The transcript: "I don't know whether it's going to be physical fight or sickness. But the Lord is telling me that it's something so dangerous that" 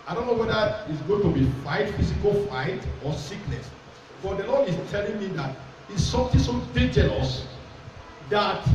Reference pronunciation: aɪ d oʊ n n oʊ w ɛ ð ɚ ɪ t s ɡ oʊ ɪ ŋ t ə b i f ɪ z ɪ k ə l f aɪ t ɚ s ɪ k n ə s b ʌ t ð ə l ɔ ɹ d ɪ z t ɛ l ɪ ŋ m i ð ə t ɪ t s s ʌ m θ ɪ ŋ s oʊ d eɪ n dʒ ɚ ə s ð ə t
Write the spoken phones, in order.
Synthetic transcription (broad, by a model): aɪ d oʊ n n oʊ w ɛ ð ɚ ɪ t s ɡ oʊ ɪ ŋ t ə b i f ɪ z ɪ k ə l f aɪ t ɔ s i k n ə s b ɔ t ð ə l ɔ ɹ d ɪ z t ɛ l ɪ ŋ m i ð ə t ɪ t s s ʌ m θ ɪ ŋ s oʊ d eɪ dʒ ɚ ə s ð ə t